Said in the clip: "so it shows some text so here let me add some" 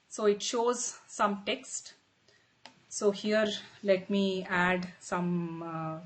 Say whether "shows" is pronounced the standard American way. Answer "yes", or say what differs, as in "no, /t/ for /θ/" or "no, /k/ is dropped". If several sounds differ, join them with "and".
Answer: yes